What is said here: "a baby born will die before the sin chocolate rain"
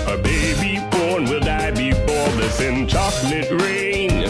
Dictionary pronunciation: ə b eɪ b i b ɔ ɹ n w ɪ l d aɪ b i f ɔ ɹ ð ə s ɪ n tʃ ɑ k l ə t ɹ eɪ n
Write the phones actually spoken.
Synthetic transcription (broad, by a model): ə b eɪ b i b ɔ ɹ n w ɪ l d aɪ b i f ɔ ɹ ð ə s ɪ n tʃ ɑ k n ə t ɹ eɪ n